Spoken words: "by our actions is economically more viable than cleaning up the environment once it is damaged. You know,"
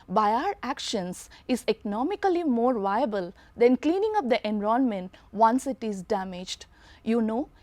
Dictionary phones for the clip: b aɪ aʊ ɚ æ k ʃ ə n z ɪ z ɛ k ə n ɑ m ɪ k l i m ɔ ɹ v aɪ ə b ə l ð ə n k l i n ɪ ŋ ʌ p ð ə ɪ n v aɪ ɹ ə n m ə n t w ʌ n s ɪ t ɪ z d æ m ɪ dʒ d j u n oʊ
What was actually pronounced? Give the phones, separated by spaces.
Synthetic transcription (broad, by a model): b aɪ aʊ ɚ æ k ʃ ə n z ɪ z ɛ k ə n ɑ m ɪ k l i m ɔ ɹ v aɪ ə b ə l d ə n k l i n ɪ ŋ ʌ p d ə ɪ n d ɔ ə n m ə n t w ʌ n s ɪ t ɪ z d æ m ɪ dʒ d j u n oʊ